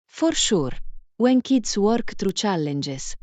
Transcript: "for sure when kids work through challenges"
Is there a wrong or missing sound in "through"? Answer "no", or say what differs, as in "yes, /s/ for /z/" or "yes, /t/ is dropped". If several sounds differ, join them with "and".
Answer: yes, /t/ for /θ/